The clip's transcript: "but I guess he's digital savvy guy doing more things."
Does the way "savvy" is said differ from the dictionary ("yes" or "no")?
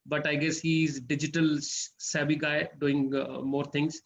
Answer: yes